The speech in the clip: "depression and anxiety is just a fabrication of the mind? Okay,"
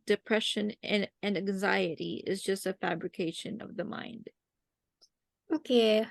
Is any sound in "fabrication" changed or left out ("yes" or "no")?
no